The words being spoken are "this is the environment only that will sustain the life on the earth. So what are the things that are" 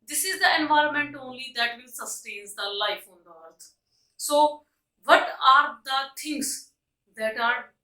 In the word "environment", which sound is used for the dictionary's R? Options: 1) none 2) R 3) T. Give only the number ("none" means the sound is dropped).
2